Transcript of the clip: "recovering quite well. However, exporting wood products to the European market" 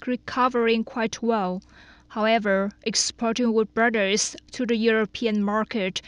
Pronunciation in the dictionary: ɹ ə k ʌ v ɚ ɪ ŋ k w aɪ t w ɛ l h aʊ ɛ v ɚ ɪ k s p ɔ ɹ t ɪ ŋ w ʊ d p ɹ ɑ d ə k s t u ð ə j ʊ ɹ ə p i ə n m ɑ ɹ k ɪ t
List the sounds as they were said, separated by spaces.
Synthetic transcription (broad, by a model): ɹ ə k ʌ v ɚ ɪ ŋ k w aɪ t w ɛ l h aʊ ɛ v ɚ ɪ k s p ɔ ɹ t ɪ ŋ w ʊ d b ɹ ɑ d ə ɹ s t u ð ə j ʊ ɹ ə p i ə n m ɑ ɹ k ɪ t